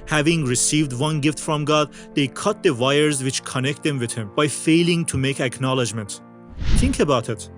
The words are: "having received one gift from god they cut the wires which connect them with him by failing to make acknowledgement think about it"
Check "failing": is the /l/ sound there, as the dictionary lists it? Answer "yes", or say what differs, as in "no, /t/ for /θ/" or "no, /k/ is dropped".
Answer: yes